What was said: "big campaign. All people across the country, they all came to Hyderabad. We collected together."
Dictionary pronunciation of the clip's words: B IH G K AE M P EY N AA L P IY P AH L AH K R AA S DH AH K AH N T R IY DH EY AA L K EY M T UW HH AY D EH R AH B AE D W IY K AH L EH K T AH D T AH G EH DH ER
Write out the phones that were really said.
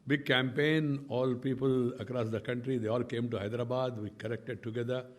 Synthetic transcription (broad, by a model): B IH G K AE M P EY N AA L P IY P AH L AH K R AA S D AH K AH N T R IY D EY AA L K EY M T UW HH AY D R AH B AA D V IY K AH N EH K T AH D T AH G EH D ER